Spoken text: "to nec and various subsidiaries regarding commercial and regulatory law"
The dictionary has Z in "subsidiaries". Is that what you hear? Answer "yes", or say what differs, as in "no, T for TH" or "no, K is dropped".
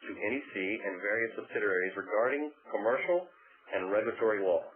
yes